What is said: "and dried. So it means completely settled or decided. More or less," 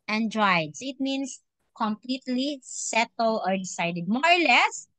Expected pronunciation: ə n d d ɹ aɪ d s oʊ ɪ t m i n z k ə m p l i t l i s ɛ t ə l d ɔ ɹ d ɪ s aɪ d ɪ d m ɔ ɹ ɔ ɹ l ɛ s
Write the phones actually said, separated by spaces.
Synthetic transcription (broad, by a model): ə n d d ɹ aɪ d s ɪ t m i n s k ə m p l i t l i s ɛ t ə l ɔ ɹ d ɪ s aɪ d ɪ d m ɔ ɹ ɔ ɹ l ɛ s